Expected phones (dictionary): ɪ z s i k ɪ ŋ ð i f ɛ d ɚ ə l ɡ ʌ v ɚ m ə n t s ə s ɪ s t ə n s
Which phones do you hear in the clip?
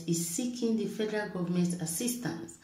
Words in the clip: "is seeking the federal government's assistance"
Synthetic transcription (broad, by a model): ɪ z s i k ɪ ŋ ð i f ɛ d ɚ ə l ɡ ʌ v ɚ m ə n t ə s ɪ s t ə n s